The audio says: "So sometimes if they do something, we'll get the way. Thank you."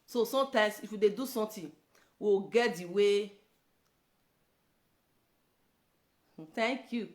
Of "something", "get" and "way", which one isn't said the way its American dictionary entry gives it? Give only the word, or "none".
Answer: something